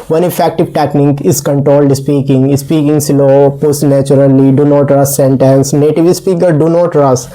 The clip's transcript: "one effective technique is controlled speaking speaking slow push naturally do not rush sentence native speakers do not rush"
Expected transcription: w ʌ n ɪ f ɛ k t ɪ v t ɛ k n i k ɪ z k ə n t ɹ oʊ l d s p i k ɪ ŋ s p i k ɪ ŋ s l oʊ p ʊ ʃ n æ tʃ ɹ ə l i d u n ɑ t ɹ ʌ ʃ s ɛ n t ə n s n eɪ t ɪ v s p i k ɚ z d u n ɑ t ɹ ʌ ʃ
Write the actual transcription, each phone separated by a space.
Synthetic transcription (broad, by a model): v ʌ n ɪ f ɛ k t ɪ v t ɛ k n i k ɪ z k ə n t ɹ oʊ l d s p i k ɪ ŋ s p i k ɪ ŋ s l oʊ p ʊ s n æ tʃ ɹ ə l i d u n ɑ t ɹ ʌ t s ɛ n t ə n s n eɪ t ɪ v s p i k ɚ d u n ɑ t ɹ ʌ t